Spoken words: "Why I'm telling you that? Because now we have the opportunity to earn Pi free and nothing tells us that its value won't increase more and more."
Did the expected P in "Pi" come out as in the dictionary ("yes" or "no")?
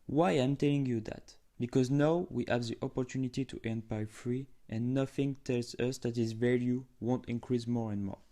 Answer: no